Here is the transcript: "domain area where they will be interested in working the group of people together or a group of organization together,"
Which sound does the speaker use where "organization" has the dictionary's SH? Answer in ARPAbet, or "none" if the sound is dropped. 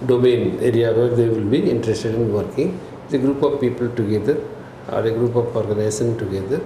S